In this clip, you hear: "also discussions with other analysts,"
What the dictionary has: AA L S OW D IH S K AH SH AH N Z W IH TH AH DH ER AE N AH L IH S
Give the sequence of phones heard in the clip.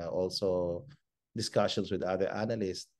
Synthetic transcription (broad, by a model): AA L S OW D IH S K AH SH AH N S W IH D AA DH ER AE N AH L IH S